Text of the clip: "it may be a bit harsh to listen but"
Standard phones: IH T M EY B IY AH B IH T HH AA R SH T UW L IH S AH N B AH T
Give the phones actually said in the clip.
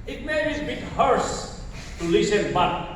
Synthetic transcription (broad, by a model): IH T M EY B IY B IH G HH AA R S T UW L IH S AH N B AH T